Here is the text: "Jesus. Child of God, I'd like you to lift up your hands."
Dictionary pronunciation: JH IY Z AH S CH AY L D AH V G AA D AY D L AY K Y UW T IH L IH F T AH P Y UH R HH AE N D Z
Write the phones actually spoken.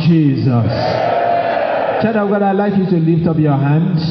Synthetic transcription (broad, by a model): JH IY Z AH S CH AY D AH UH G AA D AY L AY K Y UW T IH L IH F T AH P Y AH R HH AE N D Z